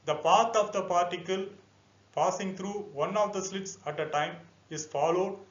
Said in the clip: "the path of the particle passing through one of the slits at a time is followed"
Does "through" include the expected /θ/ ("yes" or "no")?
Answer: no